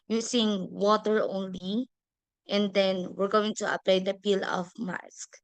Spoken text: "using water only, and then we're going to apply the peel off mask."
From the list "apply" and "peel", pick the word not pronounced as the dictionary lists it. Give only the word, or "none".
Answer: none